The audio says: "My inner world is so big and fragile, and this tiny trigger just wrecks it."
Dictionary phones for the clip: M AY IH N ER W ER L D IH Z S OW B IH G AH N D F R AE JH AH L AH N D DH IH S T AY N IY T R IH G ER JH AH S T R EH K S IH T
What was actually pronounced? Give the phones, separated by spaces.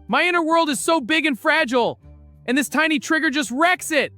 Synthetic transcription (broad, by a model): M AY IH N ER W ER L D IH Z S OW B IH G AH N F R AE JH L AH N DH IH S T AY N IY T R IH G ER JH AH S T R EH K S IH T